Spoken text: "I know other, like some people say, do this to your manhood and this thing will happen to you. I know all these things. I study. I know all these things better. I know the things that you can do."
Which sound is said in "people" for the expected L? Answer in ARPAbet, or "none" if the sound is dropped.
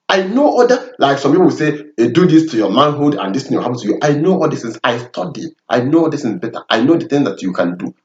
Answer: W